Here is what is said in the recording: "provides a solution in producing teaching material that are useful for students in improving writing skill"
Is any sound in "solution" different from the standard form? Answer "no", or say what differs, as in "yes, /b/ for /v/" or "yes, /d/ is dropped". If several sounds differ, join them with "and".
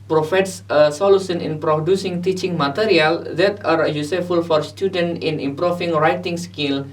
yes, /s/ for /ʃ/